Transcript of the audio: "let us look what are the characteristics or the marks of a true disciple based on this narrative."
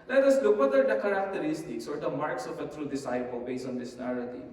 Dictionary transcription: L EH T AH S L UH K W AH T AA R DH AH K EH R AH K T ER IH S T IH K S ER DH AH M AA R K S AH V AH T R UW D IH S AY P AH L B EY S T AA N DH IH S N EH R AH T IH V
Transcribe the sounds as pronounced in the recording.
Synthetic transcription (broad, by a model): L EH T AH S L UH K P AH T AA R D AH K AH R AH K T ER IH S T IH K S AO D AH M AA R K S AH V AH T R UW D IH S AY P AH L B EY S AA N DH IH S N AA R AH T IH